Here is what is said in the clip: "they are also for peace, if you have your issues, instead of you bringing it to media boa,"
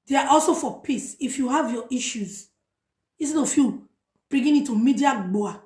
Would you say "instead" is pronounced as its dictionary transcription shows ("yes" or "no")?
no